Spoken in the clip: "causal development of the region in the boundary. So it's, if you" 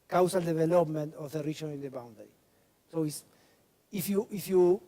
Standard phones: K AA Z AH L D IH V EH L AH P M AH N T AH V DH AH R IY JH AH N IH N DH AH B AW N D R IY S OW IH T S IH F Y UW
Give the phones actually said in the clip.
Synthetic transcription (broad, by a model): K AA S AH L D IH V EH L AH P M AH N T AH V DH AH R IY SH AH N IH N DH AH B AW N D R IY S OW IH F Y IH F Y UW